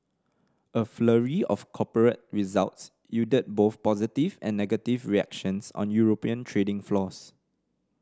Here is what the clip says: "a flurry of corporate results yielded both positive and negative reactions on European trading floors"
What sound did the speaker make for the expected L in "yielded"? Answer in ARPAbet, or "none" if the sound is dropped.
none